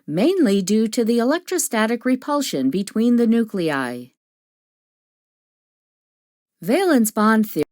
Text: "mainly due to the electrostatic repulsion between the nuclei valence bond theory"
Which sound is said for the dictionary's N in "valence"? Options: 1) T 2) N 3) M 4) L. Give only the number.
2